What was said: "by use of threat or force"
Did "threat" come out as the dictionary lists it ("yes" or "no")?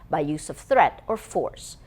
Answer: yes